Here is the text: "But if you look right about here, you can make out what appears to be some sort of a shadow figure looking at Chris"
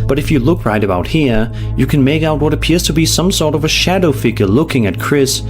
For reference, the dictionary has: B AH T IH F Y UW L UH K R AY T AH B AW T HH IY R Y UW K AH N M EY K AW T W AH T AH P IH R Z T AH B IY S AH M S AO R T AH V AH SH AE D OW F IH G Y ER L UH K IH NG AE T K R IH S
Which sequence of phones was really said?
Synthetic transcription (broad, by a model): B AH T IH F Y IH L UH K R AY T AH B AW T HH IY R Y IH K AH N M EY K AW T W AH T AH P IH R Z T AH B IY S AH M S AO R T AH V AH SH AE D OW F IH G Y ER L UH K IH NG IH T K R IH S